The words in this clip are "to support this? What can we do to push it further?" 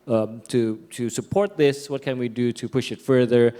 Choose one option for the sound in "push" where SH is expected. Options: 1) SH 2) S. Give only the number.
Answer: 1